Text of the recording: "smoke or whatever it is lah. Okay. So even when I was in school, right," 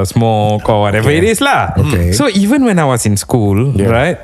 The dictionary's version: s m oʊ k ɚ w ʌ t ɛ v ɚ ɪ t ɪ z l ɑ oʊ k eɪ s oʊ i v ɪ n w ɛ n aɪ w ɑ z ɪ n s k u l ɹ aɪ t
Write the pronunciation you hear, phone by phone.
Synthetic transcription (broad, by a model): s m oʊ k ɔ w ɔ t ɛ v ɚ ɪ t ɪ s l ɑ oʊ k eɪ s oʊ i v ɪ n w ɛ n aɪ w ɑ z ɪ n s k u l ɹ aɪ t